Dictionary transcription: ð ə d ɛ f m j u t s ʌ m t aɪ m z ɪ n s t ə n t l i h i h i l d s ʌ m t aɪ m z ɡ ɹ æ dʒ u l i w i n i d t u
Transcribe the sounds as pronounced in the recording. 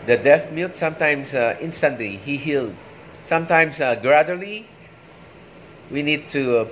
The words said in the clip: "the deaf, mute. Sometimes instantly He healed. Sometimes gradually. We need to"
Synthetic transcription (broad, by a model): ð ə d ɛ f m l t s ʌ m t aɪ m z ɪ n s t ə n t l i h i h i l d s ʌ m t aɪ m s ɡ ɹ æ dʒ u l i w i n i d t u